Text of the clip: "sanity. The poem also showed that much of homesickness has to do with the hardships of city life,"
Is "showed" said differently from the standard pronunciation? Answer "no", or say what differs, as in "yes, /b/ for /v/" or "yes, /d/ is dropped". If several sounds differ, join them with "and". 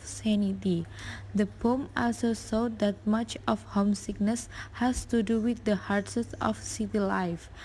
yes, /s/ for /ʃ/